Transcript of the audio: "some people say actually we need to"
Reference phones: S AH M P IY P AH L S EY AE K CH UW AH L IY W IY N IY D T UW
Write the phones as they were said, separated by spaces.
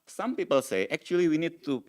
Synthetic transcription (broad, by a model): S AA M P IY P AH L S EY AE K CH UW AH L IY W IY N IY D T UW